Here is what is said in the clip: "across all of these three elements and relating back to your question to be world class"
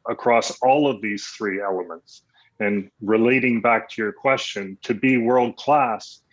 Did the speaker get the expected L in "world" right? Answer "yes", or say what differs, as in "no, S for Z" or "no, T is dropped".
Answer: yes